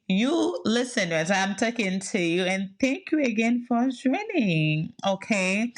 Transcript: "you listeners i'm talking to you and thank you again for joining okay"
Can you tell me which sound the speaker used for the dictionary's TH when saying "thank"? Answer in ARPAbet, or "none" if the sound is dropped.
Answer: TH